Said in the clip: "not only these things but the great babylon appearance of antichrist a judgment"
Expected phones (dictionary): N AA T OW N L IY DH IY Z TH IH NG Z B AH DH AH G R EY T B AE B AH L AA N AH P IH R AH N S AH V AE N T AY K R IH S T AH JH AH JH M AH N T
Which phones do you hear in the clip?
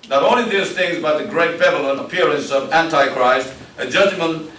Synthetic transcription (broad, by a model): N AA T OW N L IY DH IY Z TH IH NG Z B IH DH AH G R EY T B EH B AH L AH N AH P IH R AH N S AH V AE N T AY K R IH S T AH JH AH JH M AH N